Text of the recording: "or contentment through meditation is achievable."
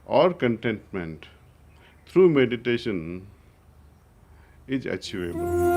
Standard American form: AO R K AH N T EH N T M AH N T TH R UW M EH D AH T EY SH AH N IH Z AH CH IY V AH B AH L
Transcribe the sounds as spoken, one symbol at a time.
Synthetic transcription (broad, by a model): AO R K AH N T EH N T M AH N T T R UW M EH D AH T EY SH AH N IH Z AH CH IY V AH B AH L